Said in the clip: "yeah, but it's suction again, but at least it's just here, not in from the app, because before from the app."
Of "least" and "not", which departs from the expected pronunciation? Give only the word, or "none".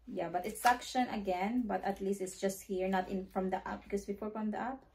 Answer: none